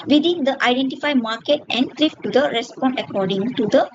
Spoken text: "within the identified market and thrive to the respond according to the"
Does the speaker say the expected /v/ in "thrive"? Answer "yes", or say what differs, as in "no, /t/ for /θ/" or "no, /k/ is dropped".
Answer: no, /f/ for /v/